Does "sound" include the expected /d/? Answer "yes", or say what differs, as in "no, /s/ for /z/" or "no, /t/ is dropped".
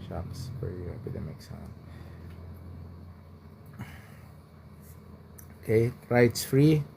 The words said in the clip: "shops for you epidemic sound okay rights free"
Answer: no, /d/ is dropped